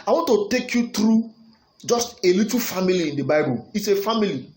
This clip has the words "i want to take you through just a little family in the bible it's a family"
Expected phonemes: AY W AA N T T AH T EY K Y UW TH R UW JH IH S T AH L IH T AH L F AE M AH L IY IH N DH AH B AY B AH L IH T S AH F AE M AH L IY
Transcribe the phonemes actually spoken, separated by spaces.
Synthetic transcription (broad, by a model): AY W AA N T T AH T EY K Y UW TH R UW JH IH S T AH L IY T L F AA M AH L IY IH N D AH B AY B AH L IH T S AH F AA M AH L IY